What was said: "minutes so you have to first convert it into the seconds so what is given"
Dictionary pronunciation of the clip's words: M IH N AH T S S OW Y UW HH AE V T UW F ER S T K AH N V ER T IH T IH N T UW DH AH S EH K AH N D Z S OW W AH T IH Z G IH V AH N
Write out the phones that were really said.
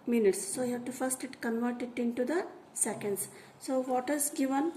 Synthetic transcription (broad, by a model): M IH N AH T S S OW Y UW HH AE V T UW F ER S T K AH N V ER T IH T IH N T UW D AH S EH K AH N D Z S OW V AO T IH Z G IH V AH N